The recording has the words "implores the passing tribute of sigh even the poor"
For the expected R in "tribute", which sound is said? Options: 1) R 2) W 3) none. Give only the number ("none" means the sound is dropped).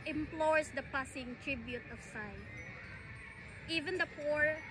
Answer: 1